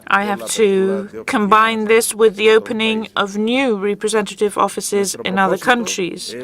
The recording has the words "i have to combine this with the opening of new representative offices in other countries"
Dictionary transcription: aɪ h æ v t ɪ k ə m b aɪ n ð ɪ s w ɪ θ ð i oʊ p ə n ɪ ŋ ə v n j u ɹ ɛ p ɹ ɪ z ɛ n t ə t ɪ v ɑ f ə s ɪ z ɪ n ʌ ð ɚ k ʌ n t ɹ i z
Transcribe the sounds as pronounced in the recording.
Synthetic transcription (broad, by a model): aɪ h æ f t ɪ k ə m b aɪ n ð ɪ s w ɪ ð i oʊ p ə n ɪ ŋ ə v n j u ɹ ɛ p ɹ ɪ z ɛ n t ə t ɪ v ɑ f ə s ɪ z ɪ n ʌ ð ɚ k ʌ n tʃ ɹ i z